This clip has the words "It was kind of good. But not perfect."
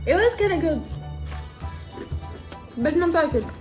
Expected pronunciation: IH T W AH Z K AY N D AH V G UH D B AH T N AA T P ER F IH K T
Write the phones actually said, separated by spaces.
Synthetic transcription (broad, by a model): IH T W AH Z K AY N AH G UH D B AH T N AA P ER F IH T